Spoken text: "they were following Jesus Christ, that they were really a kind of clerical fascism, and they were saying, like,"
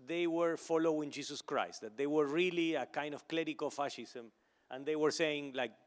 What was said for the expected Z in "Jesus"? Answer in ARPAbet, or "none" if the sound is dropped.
S